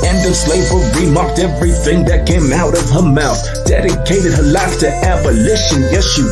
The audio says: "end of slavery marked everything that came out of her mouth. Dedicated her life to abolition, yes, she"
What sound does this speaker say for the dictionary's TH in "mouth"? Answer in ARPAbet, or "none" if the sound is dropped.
TH